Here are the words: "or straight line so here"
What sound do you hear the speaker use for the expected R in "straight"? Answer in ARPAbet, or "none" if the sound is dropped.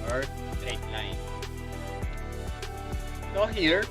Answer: none